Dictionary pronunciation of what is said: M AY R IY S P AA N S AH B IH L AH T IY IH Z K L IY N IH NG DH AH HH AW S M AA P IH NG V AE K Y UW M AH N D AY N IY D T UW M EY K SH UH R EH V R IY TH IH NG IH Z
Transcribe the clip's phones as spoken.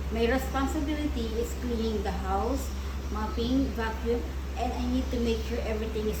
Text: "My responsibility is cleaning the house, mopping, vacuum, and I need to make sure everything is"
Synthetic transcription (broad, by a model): M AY R IY S P AA N S AH B IH L AH T IY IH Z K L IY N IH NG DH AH HH AW S M AA P IH NG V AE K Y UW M AH N D AY N IY D T UW M EY K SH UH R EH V R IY T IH NG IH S